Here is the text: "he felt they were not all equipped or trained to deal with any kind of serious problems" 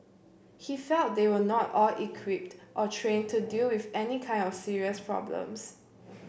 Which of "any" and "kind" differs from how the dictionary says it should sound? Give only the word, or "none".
none